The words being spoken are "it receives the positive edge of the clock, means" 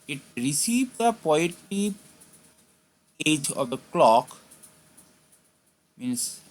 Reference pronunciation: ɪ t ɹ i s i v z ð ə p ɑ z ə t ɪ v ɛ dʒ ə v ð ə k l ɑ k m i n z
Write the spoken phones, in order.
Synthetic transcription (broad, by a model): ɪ t ɹ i s i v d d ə p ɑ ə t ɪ ɛ dʒ ə v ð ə k l ɑ k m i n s